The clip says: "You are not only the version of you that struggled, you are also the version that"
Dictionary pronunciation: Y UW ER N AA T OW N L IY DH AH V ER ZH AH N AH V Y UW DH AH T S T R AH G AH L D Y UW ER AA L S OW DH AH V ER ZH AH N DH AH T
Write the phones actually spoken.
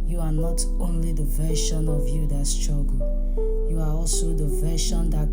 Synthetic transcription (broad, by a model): Y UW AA N AA T OW N L IY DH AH V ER SH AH N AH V Y UW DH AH T S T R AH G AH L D Y UW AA AA L S OW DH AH V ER SH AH N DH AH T